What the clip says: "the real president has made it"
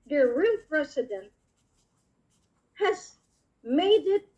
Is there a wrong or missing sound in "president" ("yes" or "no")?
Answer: yes